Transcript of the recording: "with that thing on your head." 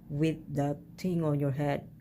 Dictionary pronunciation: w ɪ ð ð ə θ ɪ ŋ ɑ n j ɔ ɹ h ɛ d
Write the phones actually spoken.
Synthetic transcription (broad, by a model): w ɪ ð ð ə t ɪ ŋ ɑ n j ɔ ɹ h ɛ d